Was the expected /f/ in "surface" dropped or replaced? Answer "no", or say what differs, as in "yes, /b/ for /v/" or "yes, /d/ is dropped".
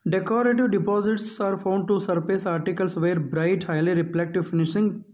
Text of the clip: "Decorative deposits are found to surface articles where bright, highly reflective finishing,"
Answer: yes, /p/ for /f/